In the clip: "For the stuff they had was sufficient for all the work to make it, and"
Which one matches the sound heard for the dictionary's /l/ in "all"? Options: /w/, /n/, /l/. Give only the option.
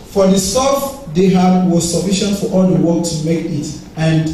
/l/